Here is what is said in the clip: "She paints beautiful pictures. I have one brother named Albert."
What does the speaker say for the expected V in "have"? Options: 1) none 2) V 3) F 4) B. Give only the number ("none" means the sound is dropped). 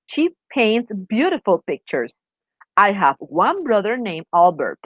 2